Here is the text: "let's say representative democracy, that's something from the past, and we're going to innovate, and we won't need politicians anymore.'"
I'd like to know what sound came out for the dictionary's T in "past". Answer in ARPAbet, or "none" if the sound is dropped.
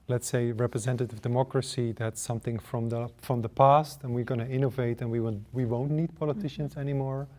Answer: T